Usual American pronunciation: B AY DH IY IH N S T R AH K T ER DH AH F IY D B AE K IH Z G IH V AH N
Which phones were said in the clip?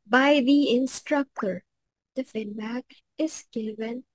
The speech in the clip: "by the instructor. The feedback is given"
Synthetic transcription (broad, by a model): B AY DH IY IH N S T R AH K T ER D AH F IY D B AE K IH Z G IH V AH N